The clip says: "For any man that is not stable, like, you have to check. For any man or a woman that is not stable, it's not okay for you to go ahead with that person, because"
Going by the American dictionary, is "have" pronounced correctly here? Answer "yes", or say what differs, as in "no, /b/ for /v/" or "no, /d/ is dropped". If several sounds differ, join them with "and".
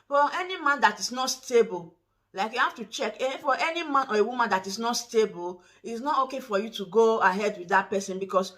no, /f/ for /v/